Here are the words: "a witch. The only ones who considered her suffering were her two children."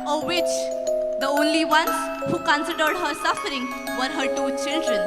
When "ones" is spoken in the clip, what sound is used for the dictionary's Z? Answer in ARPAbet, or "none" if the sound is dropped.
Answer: none